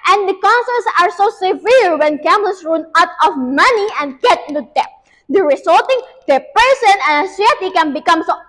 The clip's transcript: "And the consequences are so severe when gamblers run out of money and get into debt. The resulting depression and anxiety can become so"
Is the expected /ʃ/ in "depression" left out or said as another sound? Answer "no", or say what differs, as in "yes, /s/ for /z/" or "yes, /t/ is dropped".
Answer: yes, /s/ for /ʃ/